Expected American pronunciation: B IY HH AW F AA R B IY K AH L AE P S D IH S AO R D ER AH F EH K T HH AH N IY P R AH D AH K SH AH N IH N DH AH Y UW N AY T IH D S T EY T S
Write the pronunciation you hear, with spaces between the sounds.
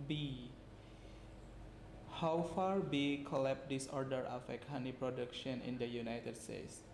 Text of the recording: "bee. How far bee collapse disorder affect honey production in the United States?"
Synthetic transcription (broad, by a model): B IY HH AW F AA R B IY K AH L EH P D IH S AO R D ER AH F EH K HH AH N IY P R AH D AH K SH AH N IH N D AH Y UW N AY T IH D S T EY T S